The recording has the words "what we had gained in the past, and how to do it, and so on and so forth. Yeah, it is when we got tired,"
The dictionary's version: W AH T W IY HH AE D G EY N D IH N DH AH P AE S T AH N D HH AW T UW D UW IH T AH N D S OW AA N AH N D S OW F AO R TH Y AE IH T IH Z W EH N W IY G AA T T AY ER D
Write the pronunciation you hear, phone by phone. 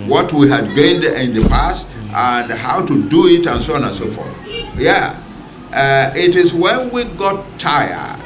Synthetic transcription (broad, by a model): W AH T W IY HH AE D G EY N D IH N DH AH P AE S T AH N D HH AW T UW D UW IH T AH N S OW AA N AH N S OW F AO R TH Y AE IH T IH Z W EH N W IY G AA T T AY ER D